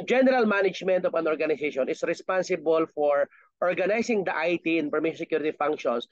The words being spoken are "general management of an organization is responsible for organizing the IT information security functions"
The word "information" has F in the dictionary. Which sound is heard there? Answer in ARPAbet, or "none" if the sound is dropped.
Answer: P